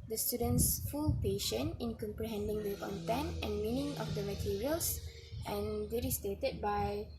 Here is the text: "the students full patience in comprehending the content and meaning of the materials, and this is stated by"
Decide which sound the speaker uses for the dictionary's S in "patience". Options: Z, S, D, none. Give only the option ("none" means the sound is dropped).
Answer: none